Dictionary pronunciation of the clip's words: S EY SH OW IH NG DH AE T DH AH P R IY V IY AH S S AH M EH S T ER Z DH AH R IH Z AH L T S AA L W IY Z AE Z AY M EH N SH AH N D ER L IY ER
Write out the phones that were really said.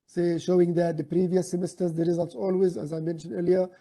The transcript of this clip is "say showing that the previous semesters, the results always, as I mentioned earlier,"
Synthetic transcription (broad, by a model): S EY SH OW IH NG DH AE T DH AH P R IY V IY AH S S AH M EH S T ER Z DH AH R IH Z AH L T S AA L W IY Z AE Z AY M EH N SH AH N D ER L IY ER